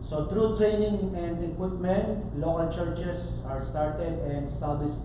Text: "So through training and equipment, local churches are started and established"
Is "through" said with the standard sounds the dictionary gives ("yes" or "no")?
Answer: no